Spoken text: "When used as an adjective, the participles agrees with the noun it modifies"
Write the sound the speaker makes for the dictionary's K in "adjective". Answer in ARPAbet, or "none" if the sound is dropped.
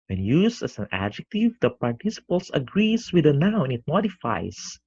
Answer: K